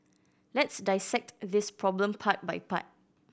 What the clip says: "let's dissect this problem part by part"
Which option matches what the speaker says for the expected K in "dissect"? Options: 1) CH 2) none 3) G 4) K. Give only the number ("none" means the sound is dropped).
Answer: 4